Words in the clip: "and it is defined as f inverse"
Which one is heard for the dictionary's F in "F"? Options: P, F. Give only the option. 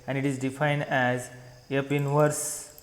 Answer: P